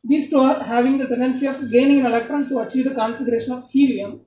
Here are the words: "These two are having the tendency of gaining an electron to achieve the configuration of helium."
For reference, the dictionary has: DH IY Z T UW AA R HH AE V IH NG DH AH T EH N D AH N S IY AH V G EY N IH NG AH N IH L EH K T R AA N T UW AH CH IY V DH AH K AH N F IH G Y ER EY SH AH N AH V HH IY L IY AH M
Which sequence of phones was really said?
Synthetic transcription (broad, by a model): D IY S T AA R HH AE V IH NG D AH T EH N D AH N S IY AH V G EY N IH NG AH N IH L EH K T R AA N T UW AH CH IY V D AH K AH N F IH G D EY SH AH N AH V HH IY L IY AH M